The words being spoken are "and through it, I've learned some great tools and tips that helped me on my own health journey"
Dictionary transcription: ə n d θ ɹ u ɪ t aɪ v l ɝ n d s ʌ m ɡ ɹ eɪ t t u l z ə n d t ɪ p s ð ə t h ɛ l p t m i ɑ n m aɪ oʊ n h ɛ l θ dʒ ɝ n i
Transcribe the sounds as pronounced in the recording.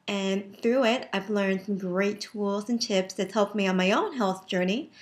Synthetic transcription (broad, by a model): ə n θ ɹ u ɪ t aɪ v l ɝ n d s ʌ m ɡ ɹ eɪ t t u l z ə n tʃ ɪ p s ð ə t h ɛ l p m i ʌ n m aɪ oʊ n h ɛ l θ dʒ ɝ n i